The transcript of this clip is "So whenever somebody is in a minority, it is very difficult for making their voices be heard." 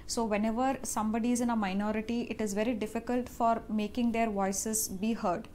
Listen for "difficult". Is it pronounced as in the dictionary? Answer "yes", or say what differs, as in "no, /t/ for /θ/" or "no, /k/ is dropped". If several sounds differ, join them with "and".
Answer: yes